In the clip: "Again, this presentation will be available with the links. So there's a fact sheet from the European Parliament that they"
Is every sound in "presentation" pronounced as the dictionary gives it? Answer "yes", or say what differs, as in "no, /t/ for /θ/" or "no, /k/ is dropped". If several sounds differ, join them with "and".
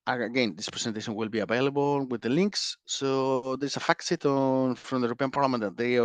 no, /s/ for /z/